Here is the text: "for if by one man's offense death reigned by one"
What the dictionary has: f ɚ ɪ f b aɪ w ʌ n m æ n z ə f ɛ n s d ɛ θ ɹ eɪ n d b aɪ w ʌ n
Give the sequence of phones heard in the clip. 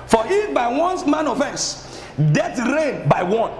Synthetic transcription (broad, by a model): f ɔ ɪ b aɪ w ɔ n m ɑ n ə f ɛ n s d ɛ t ɹ eɪ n b aɪ w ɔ n